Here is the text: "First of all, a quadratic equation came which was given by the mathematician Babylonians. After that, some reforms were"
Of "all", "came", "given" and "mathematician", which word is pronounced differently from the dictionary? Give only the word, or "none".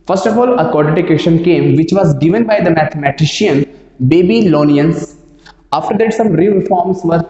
mathematician